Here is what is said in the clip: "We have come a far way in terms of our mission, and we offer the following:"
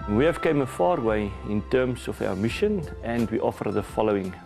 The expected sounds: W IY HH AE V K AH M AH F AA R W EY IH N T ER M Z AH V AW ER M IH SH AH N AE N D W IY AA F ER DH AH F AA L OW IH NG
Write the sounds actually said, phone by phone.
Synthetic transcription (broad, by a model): W IY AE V K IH M AH F AA R W EY IH N T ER M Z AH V AW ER M IH SH AH N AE N D W IY AA F ER DH AH F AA L OW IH NG